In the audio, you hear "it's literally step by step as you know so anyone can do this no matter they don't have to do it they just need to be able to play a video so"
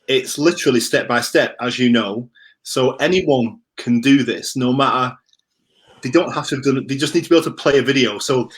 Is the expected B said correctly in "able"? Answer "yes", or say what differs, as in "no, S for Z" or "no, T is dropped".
no, B is dropped